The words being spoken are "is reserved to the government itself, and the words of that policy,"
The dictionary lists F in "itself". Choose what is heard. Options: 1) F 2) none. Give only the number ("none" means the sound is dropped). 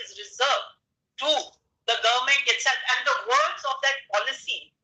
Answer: 2